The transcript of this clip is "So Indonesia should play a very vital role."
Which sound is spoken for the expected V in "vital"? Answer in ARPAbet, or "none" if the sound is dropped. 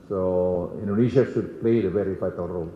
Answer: F